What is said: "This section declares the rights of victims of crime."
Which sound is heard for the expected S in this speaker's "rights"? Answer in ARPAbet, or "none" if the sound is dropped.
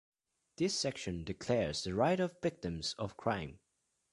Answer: none